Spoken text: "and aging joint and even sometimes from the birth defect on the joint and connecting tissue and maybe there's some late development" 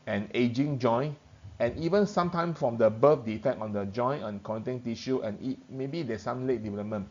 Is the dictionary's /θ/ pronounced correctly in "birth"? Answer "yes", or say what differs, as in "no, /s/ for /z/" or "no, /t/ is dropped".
no, /f/ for /θ/